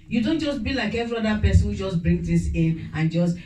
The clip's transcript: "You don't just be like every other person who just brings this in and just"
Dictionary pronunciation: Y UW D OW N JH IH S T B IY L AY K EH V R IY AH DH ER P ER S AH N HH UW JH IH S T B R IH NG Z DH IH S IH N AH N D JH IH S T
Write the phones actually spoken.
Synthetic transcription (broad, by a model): Y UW D OW N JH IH S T B IY L AY K EH V R IY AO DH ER P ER S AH N HH UW JH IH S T B R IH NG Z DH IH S IH N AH N JH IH S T